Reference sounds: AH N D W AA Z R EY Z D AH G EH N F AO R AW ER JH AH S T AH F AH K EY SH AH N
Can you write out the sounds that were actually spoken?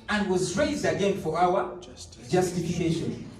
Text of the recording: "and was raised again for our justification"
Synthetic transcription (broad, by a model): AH N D W AA Z R EY Z D AH G EH N F AO R AW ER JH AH S T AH F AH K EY SH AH N